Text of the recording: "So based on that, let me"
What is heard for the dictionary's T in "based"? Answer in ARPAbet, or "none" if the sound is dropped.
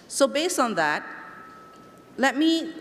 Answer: none